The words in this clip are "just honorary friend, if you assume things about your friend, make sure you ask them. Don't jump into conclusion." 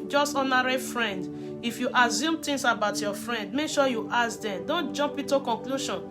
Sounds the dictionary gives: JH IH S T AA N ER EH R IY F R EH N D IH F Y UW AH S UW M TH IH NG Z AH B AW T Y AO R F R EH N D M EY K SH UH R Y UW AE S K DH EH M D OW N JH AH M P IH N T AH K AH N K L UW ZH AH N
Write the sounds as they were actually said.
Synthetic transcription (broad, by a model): JH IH S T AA N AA R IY F R EH N D IH F Y UW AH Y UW M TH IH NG S AH B AW T Y AO F R EH N D M EY K SH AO Y UW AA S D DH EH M D OW N JH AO M P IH T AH K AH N K L UW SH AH N